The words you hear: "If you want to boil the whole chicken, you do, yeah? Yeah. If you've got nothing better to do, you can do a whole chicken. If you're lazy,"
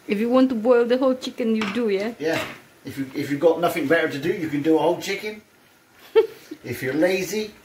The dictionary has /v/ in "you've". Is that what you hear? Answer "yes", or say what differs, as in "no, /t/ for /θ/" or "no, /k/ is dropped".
no, /f/ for /v/